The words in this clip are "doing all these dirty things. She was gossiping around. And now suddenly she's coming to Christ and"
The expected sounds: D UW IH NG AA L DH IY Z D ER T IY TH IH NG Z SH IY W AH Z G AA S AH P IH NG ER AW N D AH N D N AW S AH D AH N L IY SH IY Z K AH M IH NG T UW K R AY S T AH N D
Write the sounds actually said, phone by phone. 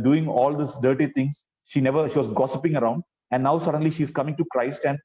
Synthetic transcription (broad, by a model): D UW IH NG AA L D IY S D ER T IY T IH NG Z SH IY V AH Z G AA S AH P IH NG ER AW N D AH N D N AW S AH D AH N L IY SH IY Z K AH M IH NG T UW K R AY S T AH N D